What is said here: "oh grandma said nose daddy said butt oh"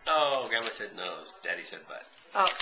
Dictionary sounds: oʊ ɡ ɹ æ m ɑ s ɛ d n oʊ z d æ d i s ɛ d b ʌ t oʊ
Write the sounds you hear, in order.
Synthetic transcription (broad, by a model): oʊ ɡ æ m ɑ s ɛ d n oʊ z d æ d i s ɛ d b ʌ t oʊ